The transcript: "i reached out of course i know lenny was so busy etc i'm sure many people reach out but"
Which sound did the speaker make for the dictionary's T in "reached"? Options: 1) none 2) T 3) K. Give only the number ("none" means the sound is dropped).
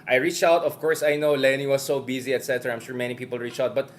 1